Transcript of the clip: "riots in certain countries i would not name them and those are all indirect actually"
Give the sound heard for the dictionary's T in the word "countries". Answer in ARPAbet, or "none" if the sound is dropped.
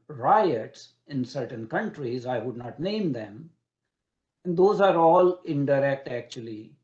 T